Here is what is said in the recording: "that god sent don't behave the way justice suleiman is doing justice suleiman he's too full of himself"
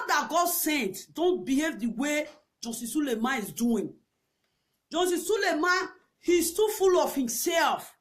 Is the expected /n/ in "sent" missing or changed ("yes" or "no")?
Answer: no